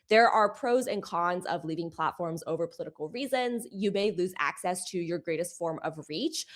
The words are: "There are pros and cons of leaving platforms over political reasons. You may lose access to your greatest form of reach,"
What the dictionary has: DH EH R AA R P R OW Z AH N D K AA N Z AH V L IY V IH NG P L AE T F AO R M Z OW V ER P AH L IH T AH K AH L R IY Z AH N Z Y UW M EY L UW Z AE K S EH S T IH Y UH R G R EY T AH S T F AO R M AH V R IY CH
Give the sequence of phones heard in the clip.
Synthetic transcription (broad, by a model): DH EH R AA R P R OW Z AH N K AA N Z AH V L IY V IH NG P L AE T F AO R M Z OW V ER P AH L IH T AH K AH L R IY Z AH N Z Y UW M EY L UW Z AE K S EH S T IH Y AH R G R EY T AH S T F AO R M AH V R IY CH